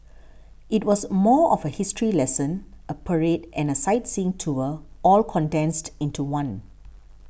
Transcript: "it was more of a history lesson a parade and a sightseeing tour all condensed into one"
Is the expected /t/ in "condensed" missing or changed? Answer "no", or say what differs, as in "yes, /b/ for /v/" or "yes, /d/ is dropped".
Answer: no